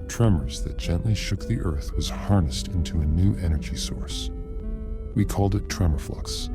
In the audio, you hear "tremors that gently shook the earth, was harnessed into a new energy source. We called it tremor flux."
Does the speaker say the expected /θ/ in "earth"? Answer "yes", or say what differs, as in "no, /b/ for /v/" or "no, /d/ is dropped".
yes